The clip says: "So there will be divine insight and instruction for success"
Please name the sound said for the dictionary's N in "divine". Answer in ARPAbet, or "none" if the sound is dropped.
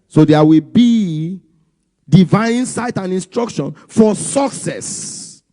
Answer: none